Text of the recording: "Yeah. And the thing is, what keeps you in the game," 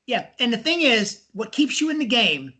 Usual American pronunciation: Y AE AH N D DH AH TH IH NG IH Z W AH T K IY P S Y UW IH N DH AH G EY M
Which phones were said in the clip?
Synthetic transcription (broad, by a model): Y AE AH N DH AH TH IH NG IH Z W AH T K IY P S Y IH IH N DH AH G EY M